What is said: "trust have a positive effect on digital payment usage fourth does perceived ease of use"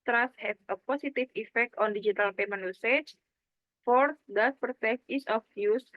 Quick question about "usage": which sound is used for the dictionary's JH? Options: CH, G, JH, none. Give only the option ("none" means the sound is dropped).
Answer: CH